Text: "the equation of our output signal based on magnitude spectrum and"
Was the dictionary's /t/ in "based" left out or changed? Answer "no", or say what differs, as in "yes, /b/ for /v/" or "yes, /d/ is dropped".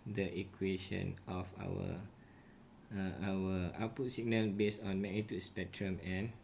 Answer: yes, /t/ is dropped